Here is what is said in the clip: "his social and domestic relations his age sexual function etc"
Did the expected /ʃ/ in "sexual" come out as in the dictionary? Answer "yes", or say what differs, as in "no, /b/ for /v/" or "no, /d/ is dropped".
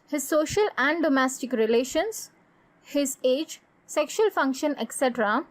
yes